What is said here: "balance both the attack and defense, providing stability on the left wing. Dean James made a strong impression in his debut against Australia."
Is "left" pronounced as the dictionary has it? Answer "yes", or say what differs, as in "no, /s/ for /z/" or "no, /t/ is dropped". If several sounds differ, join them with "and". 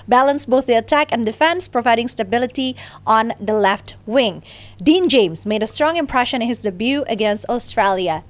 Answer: yes